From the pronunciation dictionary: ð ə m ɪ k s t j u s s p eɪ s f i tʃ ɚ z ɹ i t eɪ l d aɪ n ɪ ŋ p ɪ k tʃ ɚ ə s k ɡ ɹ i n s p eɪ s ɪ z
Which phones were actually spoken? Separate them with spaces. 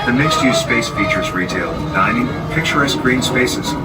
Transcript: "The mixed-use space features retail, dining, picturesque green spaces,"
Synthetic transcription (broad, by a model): ð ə m ɪ k s t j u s s p eɪ s f i tʃ ɚ z ɹ i t eɪ l d aɪ n ɪ ŋ p ɪ k tʃ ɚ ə s ɡ ɹ i n s p eɪ s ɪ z